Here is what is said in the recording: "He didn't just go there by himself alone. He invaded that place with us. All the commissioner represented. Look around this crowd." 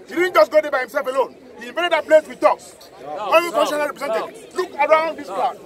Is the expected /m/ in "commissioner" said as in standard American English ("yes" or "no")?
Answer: no